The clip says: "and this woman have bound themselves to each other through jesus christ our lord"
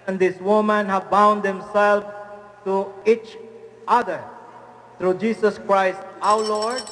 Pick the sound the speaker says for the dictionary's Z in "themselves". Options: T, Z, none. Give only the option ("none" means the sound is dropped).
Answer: none